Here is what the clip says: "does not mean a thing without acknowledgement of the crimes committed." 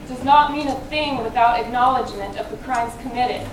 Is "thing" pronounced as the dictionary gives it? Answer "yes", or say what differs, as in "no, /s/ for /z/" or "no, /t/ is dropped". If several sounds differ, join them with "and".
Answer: yes